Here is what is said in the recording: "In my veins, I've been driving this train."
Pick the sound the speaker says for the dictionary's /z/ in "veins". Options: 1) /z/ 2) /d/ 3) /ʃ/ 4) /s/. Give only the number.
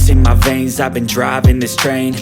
1